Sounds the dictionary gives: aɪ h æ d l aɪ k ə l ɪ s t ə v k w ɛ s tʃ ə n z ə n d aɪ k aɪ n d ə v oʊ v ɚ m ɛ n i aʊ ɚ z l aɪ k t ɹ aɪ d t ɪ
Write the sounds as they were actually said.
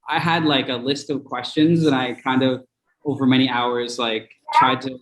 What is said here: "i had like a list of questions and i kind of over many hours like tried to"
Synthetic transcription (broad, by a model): aɪ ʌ d l aɪ k ə l ɪ s t ə v k w ɛ s tʃ ə n z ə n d aɪ k aɪ n d ə v oʊ v ɚ m ɛ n i aʊ ɚ z l aɪ k t ɹ aɪ d t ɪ